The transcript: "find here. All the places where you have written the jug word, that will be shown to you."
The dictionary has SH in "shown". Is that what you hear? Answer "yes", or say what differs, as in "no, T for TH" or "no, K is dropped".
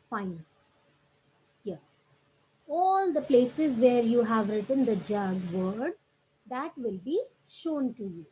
yes